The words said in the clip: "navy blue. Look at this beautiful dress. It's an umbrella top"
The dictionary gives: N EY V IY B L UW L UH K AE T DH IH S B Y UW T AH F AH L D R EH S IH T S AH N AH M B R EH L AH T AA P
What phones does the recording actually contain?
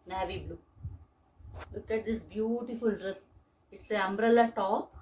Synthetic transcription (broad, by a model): N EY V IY B L UW L UH K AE T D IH S B Y UW T AH F AH L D R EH S IH T S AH AH M B R EH L AH T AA P